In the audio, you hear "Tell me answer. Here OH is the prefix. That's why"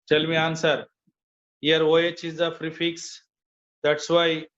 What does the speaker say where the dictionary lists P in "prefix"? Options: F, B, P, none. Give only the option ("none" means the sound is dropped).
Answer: F